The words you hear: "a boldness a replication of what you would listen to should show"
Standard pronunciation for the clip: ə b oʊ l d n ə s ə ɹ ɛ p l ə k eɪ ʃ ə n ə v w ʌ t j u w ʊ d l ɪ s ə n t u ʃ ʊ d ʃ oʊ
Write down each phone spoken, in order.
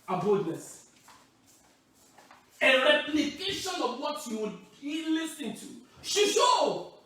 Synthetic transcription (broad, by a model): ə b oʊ d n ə s ə ɹ ɛ p l ə k eɪ ʃ ə n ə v w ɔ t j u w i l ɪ s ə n t u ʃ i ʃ oʊ